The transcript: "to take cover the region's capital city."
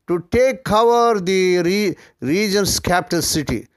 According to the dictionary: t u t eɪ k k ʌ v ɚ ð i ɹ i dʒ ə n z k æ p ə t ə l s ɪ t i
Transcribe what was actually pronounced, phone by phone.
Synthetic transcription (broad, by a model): t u t eɪ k k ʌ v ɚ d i ɹ i dʒ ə n s k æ p t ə n s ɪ t i